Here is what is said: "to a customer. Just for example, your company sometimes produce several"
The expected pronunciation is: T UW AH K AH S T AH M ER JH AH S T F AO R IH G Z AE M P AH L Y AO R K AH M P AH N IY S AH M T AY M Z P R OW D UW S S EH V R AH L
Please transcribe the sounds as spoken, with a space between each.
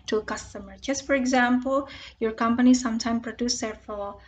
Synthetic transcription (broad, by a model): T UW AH K AH S T AH M ER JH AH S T F AO R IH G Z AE M P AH L Y AO R K AH M P AH N IY S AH M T AY M P R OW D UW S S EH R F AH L